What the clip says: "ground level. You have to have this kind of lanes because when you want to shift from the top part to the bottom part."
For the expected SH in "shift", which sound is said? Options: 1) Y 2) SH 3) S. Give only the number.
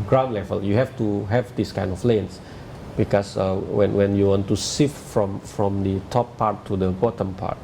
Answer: 3